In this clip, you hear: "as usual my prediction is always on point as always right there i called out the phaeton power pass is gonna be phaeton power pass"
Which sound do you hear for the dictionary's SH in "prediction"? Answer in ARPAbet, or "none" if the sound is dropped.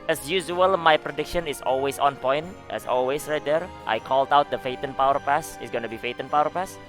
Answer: SH